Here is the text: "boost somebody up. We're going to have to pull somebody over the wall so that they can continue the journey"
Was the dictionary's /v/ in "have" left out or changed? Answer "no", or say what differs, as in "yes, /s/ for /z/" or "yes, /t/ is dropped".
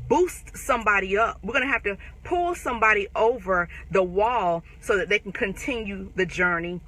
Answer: yes, /f/ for /v/